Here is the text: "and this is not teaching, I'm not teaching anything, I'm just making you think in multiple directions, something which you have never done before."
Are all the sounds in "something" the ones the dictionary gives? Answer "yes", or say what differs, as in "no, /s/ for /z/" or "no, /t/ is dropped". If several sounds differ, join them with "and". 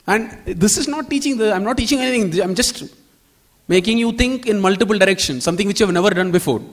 no, /t/ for /θ/